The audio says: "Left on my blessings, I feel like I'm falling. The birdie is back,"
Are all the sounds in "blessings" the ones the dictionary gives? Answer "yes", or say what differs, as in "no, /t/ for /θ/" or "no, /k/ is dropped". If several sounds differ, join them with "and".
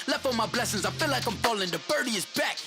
yes